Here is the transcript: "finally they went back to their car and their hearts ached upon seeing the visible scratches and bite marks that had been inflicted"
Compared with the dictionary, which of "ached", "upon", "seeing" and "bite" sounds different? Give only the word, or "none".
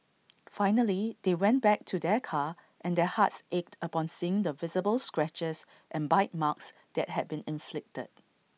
none